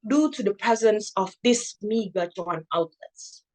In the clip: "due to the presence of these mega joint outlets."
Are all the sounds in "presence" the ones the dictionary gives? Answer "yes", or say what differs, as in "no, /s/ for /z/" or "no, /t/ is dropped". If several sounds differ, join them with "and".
yes